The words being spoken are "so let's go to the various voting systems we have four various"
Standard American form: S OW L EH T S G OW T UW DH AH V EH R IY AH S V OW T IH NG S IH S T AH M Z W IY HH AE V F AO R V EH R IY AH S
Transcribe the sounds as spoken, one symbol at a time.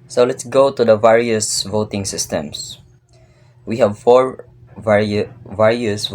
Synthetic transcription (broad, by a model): S OW L EH T S G OW T UW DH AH V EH R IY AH S V OW T IH NG S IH S T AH M S W IY HH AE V F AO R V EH R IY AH S